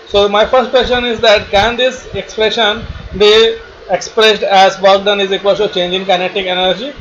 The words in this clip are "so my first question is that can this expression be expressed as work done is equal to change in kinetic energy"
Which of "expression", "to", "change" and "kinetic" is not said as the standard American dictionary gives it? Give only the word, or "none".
to